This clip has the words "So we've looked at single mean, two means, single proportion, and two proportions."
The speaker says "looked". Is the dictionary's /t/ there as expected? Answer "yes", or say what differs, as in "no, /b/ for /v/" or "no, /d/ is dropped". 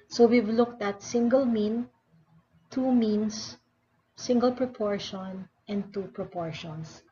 yes